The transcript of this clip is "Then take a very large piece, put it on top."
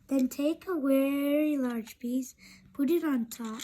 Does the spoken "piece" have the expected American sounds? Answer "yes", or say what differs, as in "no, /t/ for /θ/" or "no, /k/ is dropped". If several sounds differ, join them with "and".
no, /b/ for /p/